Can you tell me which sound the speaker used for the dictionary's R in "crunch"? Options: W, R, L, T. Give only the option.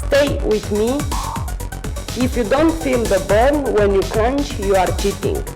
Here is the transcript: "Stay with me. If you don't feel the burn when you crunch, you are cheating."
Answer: L